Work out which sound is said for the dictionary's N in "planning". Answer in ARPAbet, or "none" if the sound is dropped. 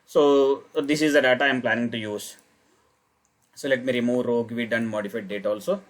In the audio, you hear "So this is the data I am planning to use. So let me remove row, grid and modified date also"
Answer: N